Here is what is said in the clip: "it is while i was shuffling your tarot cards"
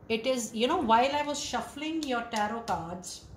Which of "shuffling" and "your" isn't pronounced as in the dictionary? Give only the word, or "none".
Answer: none